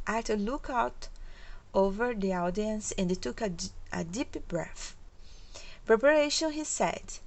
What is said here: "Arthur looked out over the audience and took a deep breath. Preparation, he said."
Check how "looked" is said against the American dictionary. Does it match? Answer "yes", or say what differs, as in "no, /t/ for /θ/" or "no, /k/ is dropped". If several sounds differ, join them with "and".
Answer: no, /t/ is dropped